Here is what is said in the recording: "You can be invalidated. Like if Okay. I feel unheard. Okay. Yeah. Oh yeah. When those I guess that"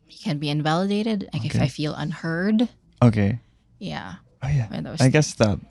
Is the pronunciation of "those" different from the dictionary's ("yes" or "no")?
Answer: yes